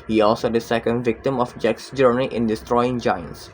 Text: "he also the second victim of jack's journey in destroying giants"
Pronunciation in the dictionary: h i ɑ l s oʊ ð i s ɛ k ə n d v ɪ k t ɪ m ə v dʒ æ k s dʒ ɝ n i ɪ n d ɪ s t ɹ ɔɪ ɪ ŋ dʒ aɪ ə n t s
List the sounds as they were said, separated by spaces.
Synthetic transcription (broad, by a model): h i ɑ l s oʊ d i s ɛ k ə n d v ɪ k t ɪ m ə f dʒ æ k s dʒ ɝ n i ɪ n d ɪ s t ɹ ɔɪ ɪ ŋ dʒ aɪ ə n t s